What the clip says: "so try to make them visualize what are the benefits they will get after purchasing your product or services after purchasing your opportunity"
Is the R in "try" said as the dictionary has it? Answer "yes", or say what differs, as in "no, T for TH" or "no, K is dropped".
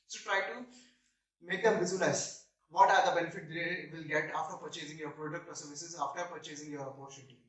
yes